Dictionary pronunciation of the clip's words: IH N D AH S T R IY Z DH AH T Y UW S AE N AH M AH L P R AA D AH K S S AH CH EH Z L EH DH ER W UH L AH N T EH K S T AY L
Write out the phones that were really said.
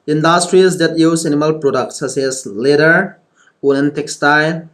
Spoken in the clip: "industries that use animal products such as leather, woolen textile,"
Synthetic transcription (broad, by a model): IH N D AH S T R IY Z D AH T Y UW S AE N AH M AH L P R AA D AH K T S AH S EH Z L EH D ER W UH N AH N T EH K S T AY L